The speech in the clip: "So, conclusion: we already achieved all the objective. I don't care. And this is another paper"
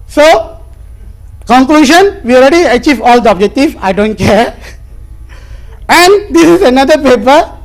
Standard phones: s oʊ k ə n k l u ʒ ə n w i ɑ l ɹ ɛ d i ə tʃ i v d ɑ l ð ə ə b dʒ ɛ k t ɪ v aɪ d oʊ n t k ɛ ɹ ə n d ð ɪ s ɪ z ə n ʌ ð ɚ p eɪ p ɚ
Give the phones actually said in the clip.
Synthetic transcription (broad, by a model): s oʊ k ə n k l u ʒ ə n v i ɑ l ɹ ɛ d i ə tʃ i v ɑ l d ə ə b dʒ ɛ k t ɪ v aɪ d oʊ n t k ɛ ɹ ə n d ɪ s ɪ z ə n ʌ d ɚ p eɪ p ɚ